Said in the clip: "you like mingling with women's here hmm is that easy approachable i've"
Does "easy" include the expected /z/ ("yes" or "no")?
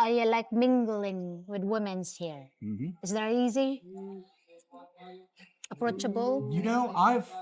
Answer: yes